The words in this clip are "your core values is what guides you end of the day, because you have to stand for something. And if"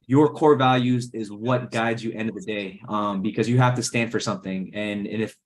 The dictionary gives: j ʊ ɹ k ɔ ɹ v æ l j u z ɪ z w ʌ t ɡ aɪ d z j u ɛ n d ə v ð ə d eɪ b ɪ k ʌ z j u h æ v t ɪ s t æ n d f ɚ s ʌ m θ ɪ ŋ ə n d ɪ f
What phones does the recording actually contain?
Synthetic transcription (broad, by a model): j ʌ ɹ k ɔ ɹ v æ l j u z ɪ z w ʌ t ɡ aɪ d z j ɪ ɛ n d ə v ð ə d eɪ b ɪ k ʌ z j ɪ h æ f t ɪ s t æ n d f ɚ s ʌ m θ ɪ ŋ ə n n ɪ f